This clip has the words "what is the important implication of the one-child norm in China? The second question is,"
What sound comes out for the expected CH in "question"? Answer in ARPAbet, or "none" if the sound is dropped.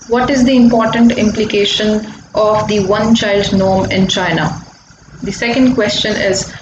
CH